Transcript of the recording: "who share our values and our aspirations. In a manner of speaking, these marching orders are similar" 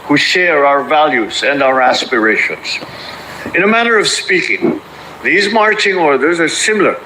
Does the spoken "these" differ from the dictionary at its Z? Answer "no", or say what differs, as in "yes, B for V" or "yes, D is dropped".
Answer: no